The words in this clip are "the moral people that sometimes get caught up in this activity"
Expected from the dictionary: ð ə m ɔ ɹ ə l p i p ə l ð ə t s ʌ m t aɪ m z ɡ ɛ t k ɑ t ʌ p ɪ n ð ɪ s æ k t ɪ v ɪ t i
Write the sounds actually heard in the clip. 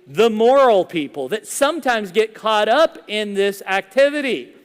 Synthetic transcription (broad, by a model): ð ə m ɔ ɹ l p i p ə l ð ə t s ʌ m t aɪ m z ɡ ɛ t k ɑ t ʌ p ɪ n ð ɪ s æ k t ɪ v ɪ t i